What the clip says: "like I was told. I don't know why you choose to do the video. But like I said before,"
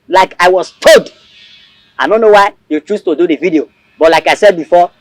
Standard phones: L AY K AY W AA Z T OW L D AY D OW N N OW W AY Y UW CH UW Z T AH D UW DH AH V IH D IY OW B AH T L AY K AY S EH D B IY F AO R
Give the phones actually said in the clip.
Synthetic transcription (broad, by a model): L AY K AY W AA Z T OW D AY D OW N N OW W AY Y UW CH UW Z T AH D UW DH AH V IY D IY OW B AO T L AY K AY S EH D B IY F AO